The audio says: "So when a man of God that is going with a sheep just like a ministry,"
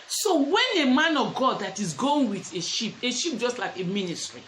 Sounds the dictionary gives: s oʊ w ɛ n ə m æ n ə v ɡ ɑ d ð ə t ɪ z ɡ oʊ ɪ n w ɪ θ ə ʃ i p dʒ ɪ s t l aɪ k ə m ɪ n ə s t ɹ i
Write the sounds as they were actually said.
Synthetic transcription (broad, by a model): s oʊ w ɛ n ə m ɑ n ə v ɡ ɑ d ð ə t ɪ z ɡ oʊ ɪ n w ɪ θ ə ʃ i p dʒ ɪ s t l aɪ k ə m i n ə s t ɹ i